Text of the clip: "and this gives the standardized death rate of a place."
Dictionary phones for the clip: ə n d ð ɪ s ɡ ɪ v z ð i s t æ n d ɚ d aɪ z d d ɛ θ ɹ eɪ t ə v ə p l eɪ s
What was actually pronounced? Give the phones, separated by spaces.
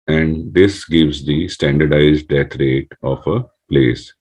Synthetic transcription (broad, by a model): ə n d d ɪ s ɡ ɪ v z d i s t æ n d ɚ d aɪ z d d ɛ t ɹ eɪ t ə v ə p l eɪ s